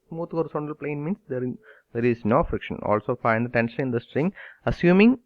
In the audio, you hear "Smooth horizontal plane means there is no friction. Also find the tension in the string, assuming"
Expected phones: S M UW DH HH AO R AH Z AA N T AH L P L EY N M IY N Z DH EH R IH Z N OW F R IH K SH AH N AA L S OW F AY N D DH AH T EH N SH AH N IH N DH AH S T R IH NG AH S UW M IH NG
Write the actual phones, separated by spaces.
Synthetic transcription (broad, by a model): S M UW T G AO R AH S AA N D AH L P L EY N M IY N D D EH R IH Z N OW F R IH K SH AH N AA L S OW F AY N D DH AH T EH N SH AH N IH N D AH S T R IH NG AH S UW M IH NG